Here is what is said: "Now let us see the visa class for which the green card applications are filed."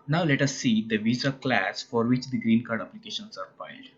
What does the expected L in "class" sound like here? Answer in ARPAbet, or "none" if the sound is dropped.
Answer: L